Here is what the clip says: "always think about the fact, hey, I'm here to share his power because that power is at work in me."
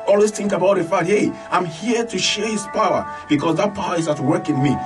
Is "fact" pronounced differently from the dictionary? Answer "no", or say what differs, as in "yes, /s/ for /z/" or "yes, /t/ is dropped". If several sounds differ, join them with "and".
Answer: yes, /k/ is dropped